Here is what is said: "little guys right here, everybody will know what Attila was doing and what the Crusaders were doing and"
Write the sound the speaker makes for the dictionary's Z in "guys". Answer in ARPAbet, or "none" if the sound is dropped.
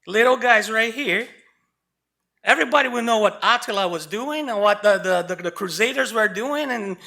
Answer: Z